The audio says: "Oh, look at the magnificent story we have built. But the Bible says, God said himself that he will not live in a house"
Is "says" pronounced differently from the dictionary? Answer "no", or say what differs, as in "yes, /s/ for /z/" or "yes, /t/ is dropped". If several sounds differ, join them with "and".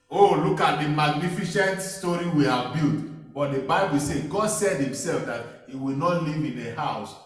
yes, /z/ is dropped